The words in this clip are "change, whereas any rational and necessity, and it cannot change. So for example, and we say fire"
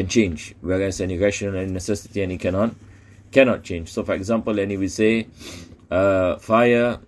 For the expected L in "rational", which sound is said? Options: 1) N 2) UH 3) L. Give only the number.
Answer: 1